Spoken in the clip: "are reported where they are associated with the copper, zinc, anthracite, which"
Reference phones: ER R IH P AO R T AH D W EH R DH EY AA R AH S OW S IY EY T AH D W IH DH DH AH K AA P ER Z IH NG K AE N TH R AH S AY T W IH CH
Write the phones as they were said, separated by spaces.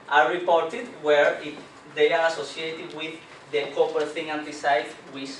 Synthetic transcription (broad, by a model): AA R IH P AO R T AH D W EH R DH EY AA R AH S OW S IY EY T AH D W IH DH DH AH K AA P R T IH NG AE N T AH S AY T W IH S